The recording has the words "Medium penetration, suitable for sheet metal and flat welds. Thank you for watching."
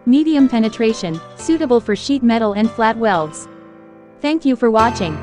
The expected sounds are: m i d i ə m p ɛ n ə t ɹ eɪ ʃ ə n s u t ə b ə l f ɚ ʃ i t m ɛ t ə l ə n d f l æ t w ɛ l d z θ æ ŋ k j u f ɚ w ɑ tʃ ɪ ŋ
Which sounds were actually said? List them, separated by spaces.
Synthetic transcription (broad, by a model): m i d i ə m p ɛ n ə t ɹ eɪ ʃ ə n s u t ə b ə l f ɚ ʃ i t m ɛ t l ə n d f l æ t w ɛ l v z θ æ ŋ k j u f ɚ w ɑ tʃ ɪ ŋ